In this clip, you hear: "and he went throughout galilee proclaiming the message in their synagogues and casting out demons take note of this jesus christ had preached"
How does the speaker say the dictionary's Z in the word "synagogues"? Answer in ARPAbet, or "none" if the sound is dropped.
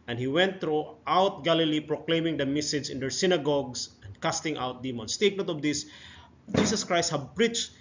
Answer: S